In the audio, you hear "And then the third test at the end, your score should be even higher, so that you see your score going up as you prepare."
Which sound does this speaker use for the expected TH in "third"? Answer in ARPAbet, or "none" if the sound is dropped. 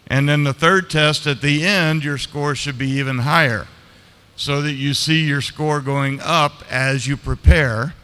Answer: TH